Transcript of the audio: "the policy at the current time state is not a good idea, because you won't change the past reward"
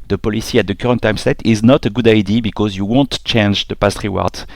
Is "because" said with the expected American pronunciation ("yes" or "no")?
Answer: yes